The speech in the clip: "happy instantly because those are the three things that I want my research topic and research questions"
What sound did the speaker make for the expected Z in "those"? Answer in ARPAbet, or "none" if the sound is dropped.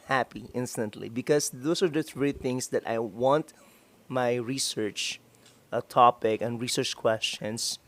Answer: S